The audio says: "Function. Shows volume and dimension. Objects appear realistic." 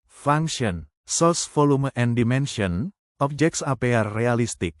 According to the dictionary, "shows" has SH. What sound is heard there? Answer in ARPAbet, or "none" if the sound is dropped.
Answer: S